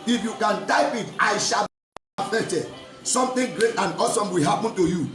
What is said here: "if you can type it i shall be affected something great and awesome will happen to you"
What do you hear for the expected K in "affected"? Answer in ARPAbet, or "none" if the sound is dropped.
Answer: none